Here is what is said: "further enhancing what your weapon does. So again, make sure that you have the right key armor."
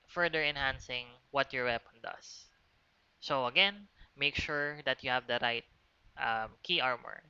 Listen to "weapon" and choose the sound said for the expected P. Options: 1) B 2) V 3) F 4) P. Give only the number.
4